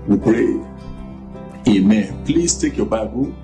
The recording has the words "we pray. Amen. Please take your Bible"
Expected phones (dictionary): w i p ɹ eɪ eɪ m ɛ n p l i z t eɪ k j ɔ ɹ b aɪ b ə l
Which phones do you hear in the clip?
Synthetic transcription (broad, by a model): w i p ɹ eɪ eɪ m ɛ n p l i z t eɪ k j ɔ b aɪ b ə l